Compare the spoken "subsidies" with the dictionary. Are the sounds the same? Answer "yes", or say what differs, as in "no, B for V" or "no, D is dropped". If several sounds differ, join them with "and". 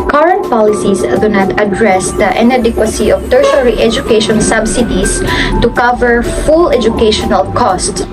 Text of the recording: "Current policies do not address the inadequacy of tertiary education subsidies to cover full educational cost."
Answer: no, S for Z